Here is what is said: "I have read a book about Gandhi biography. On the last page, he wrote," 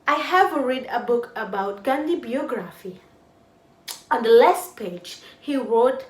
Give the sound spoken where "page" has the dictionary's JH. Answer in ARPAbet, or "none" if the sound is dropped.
JH